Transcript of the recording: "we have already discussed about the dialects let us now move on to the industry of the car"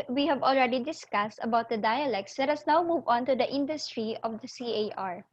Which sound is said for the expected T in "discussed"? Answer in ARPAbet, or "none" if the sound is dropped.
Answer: T